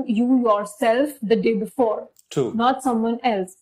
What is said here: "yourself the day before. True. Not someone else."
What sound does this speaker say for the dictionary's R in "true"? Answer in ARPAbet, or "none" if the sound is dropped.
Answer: none